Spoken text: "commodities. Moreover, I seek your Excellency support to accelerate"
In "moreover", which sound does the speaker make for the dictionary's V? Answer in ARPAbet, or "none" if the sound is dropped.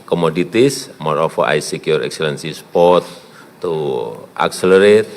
F